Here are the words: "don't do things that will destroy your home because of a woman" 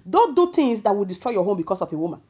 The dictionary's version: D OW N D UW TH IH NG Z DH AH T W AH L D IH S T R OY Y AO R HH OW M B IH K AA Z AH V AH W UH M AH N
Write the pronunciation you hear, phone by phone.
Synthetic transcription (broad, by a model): D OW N D UW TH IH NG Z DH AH T W AH L D IH S T R OY Y AO HH OW M B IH K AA S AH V AH W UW M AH N